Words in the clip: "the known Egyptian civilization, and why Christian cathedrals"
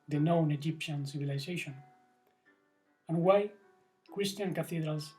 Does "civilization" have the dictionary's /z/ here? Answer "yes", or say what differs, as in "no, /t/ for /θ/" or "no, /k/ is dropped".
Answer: no, /s/ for /z/